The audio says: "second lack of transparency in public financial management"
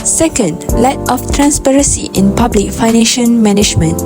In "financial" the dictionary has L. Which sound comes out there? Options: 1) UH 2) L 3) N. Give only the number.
3